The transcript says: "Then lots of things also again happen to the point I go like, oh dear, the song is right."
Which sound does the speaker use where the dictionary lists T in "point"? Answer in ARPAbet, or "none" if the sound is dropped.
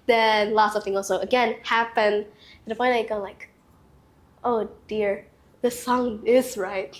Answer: none